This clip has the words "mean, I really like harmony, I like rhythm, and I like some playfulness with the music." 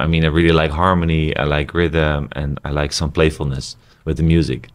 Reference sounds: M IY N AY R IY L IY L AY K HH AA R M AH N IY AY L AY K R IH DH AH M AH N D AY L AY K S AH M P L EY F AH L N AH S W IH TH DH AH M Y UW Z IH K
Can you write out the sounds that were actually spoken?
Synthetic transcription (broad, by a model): M IY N AY R IY L IY L AY K HH AA R M AH N IY AY L AY K R IH DH AH M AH N AY L AY K S AH M P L EY F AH L N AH S W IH DH AH M Y UW Z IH K